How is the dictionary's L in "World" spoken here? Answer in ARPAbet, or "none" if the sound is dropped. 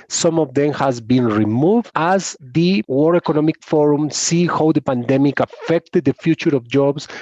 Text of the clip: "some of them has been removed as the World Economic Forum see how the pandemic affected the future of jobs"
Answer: none